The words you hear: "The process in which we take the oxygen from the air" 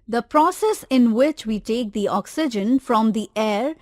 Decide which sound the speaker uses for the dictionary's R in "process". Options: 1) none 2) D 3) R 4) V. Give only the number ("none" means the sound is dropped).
3